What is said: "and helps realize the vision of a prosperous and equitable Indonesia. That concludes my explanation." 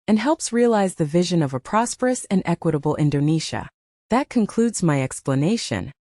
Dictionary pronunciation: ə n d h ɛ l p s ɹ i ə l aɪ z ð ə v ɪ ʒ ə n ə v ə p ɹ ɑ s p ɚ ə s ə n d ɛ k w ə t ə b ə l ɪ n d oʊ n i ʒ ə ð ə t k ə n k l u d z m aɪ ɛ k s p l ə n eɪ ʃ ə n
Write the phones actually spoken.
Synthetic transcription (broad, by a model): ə n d h ɛ l p s ɹ i ə l aɪ z ð ə v ɪ ʒ ə n ə v ə p ɹ ɑ s p ɚ ə s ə n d ɛ k w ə t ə b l ɪ n d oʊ n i ʃ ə ð ə t k ə n k l u d z m aɪ ɛ k s p l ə n eɪ ʃ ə n